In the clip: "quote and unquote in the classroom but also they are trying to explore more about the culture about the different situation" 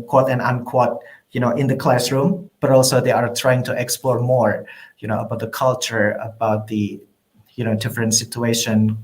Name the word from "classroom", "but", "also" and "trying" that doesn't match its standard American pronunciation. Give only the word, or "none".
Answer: none